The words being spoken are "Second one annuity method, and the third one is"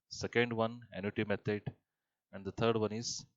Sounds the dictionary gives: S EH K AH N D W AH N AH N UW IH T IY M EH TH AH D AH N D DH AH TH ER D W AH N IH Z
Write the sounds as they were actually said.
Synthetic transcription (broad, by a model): S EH K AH N D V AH N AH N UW T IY M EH T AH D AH N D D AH T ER D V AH N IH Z